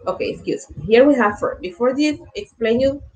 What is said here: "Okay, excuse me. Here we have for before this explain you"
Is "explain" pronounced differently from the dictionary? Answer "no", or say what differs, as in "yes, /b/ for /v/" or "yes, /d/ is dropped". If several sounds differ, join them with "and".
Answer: no